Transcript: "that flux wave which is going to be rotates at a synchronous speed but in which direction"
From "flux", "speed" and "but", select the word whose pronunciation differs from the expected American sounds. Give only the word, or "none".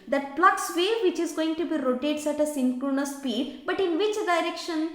flux